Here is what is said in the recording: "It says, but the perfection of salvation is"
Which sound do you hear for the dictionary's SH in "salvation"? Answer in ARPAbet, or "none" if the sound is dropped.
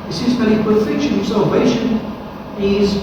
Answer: SH